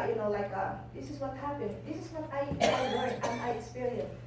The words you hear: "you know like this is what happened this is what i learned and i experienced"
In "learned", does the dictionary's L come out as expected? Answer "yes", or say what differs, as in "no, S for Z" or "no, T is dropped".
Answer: no, W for L